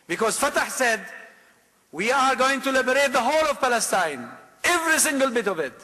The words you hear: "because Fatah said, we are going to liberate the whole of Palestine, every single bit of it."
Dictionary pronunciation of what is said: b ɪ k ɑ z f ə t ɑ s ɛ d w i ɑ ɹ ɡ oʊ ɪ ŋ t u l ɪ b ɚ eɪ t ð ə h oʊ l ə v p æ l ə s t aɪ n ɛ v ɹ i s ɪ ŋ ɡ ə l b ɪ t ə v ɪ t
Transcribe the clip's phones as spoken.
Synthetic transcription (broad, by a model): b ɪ k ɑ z f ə t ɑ s ɛ d w i ɑ ɹ ɡ oʊ ɪ ŋ t u l ɪ b ɚ eɪ t ð ə h oʊ l ə v p æ l ə s t aɪ n ɛ v ɹ i s ɪ ŋ ɡ ə l b ɪ t ə v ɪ t